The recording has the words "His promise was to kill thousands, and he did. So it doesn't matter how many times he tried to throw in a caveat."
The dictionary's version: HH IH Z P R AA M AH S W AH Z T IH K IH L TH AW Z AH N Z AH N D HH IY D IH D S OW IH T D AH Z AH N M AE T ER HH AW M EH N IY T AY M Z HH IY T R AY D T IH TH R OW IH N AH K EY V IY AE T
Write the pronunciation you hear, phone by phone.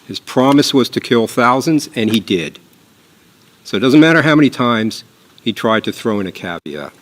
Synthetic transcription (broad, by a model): HH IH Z P R AA M AH S W AH Z T IH K IH L TH AW Z AH N Z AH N IY D IH D S OW IH T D AH Z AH N M AE T ER HH AW M EH N IY T AY M Z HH IY T R AY D T IH TH R OW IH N AH K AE V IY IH